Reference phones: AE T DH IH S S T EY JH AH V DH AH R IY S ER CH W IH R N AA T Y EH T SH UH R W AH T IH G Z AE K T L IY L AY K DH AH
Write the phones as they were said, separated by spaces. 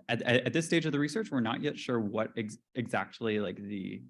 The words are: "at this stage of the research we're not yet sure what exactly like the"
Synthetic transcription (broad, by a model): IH T DH IH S S T EY JH AH V DH AH R IY S ER CH W IH R N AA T Y EH T SH UH R W AH T IH G Z AE K T L IY L AY K DH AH